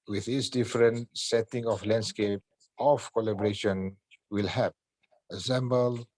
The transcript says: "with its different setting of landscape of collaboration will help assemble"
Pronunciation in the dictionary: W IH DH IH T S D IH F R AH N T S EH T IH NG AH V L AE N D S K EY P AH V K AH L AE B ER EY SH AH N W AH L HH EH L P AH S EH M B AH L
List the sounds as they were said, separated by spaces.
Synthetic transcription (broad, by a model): W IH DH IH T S D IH F R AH N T S EH T IH NG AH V L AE N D S K EY P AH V K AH L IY B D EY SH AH N W AH L HH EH P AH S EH M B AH L